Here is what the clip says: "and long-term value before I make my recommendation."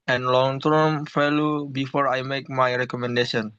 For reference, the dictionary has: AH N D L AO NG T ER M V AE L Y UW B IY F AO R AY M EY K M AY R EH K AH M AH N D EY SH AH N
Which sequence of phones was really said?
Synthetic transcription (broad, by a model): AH N L AO NG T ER M F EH L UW B IY F AO R AY M EY K M AY R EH K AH M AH N D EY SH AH N